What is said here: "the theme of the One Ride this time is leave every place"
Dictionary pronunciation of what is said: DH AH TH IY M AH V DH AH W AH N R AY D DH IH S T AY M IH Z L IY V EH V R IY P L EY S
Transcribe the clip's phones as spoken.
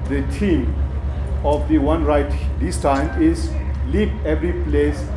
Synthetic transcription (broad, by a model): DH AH T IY M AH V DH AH W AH N R AY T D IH S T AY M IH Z L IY P EH V R IY P L EY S